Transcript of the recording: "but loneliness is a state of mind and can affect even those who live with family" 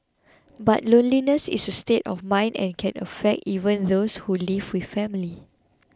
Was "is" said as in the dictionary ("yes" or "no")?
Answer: no